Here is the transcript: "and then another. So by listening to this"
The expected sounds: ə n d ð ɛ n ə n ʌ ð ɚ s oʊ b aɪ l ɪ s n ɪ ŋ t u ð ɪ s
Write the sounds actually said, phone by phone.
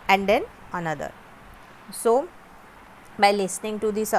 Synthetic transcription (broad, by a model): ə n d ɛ n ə n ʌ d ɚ s oʊ b aɪ l ɪ s n ɪ ŋ t u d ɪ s